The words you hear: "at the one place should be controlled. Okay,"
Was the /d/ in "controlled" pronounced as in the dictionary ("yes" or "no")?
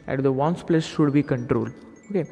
yes